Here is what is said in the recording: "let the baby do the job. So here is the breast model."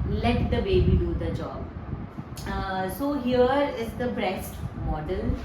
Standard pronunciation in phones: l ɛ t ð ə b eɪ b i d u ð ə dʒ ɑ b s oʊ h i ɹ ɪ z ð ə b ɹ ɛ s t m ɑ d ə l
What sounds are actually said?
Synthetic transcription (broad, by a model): l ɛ t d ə b eɪ b i d u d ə dʒ ɑ b s oʊ h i ɹ ɪ z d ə b ɹ ɛ s t m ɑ d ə l